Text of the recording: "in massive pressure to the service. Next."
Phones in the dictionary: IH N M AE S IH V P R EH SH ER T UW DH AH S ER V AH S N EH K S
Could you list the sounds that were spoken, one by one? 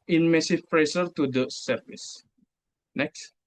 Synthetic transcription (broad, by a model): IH N M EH S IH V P R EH S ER T UW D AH S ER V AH S N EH K S